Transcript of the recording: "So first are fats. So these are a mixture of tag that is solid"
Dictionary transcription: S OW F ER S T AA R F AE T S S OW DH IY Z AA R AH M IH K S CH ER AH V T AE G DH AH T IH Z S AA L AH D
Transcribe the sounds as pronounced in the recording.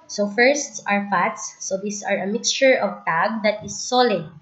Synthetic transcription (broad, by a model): S OW F ER S T AA R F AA T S S OW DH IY S AA R AH M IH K S CH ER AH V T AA G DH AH T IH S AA L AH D